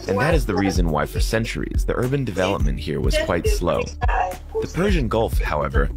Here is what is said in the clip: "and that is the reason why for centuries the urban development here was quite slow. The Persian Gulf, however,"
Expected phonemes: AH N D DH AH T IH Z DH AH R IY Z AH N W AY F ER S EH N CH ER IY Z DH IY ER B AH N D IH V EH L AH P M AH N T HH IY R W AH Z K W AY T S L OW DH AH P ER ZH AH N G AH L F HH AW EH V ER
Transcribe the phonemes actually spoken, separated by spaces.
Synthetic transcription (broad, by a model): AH N DH AH T IH Z DH AH R IY Z AH N W AY F ER S EH N CH ER IY Z DH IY ER B AH N D IH V EH L AH P M AH N T HH IY R W AH Z K W AY T S L OW DH AH P ER ZH AH N G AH L F HH AW EH V ER